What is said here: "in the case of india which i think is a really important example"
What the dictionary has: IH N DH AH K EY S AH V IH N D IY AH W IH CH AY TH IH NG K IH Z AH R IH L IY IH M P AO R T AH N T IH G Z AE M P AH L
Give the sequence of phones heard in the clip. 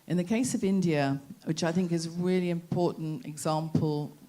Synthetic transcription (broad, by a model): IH N DH AH K EY S AH V IH N D IY AH W IH CH AY TH IH NG K IH Z AH R IH L IY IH M P AO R T N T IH G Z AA M P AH L